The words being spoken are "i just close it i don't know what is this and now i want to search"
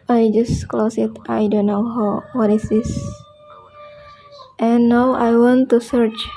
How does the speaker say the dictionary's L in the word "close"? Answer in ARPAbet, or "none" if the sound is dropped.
L